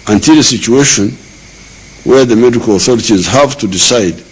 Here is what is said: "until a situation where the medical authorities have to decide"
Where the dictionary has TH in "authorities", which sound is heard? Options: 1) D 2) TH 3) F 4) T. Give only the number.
2